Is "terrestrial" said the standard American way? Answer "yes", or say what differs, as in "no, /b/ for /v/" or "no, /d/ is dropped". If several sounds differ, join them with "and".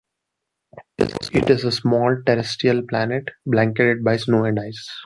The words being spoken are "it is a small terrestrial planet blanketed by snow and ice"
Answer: no, /ɹ/ is dropped